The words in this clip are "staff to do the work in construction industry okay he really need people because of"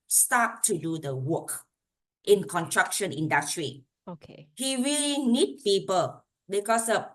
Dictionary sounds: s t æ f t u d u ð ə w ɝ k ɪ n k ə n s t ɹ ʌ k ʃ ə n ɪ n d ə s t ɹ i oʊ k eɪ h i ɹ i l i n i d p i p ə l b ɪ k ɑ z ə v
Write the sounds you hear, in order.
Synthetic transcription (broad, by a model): s t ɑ t u d u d ə w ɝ k ɪ n k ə n t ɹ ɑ k ʃ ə n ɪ n d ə s t ɹ i oʊ k eɪ h i ɹ i l i n i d p i p ə l b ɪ k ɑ s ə